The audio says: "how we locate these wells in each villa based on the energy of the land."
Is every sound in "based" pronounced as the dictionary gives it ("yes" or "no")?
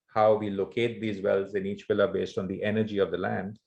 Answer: yes